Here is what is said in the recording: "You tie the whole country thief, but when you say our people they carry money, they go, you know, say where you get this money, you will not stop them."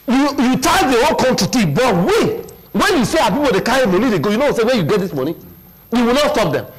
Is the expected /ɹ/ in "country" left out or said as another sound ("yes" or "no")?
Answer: yes